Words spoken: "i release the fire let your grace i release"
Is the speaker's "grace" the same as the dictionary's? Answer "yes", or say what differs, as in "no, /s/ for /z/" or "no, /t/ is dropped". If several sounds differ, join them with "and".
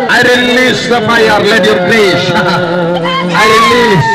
no, /ʃ/ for /s/